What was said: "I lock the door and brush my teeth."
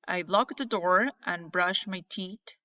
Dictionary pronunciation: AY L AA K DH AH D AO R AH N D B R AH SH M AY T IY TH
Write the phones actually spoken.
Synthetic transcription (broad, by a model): AY L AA K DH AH D AO R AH N B R AH SH M AY T IY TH